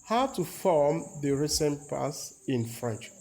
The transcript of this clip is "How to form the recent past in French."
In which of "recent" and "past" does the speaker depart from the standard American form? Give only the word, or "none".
past